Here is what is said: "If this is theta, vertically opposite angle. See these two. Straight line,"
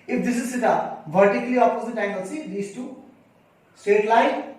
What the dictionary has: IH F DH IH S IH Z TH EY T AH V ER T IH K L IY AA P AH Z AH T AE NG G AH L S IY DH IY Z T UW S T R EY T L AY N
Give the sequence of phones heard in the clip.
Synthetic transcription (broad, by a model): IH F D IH S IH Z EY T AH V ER T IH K L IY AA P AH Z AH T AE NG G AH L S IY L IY S T UW S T EY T L AY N